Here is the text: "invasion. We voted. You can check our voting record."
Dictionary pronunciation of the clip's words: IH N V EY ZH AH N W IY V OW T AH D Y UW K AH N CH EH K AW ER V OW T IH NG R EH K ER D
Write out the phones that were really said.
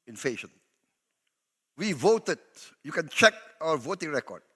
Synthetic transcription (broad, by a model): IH N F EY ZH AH N W IY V OW T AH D Y UW K AH N CH EH K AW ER V OW T IH NG R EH K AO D